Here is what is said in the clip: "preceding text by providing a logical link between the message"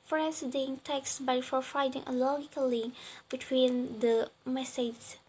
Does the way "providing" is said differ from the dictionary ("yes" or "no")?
yes